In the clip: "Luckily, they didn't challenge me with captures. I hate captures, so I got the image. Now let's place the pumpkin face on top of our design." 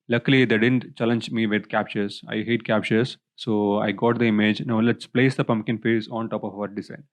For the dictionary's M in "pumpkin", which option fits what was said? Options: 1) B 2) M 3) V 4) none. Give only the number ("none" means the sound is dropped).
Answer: 2